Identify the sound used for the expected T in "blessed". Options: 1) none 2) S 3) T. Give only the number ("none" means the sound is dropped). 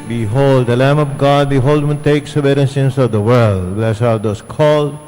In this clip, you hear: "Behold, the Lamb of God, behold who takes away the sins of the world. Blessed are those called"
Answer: 1